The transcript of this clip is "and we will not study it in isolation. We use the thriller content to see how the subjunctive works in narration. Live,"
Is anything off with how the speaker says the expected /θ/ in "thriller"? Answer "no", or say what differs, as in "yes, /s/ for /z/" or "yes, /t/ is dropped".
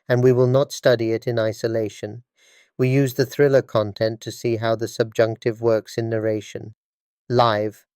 no